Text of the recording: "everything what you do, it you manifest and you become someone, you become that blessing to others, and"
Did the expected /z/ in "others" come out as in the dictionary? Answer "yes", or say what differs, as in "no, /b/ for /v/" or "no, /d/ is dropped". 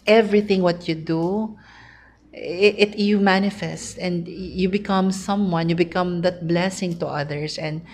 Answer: no, /s/ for /z/